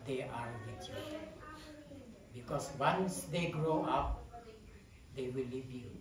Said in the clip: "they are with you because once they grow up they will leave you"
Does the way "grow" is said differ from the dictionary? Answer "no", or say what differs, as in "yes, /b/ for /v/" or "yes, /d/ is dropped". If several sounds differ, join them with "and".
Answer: no